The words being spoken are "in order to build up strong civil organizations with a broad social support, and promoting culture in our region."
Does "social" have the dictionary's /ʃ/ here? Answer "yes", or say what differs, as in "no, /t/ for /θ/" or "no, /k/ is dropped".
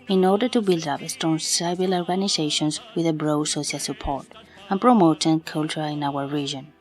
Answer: no, /s/ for /ʃ/